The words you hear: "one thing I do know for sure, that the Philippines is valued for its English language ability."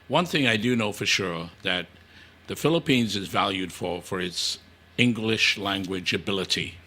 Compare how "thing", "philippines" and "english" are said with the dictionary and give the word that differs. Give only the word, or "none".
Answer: none